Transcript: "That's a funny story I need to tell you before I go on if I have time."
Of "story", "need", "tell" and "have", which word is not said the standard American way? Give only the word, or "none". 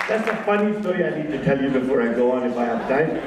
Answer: have